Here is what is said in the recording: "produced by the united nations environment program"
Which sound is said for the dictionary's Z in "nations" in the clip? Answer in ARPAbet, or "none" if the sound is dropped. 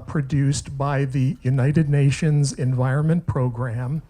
Z